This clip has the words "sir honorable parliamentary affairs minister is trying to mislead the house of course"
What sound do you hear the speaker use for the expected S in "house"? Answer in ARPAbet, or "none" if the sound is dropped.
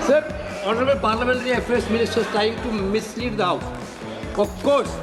none